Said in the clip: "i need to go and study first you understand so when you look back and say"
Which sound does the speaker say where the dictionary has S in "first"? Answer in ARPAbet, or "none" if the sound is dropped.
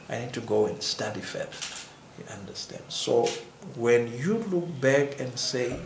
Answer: none